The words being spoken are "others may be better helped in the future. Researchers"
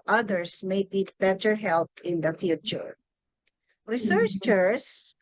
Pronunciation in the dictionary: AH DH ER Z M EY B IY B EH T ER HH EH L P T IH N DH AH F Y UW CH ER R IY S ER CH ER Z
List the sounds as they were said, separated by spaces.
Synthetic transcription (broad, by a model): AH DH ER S M EY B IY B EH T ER HH EH L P IH N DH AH F Y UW CH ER R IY S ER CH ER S